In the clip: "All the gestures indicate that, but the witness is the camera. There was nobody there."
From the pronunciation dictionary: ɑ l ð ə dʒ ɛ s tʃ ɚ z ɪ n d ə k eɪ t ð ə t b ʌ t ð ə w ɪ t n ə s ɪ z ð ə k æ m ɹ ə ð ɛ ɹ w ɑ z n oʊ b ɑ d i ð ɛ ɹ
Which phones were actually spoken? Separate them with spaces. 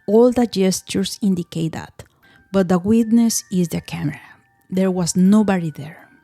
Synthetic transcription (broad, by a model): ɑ l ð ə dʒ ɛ s tʃ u s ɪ n d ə k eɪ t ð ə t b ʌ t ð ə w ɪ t n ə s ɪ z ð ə k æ m ɹ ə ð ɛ ɹ w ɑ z n oʊ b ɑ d i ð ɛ ɹ